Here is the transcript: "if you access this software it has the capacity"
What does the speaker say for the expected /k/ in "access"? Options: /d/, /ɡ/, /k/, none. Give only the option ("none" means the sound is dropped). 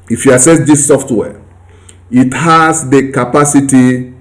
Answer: none